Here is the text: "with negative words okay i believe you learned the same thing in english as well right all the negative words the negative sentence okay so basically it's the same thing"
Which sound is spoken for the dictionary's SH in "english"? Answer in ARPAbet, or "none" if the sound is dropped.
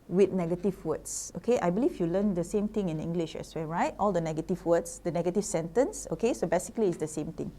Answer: SH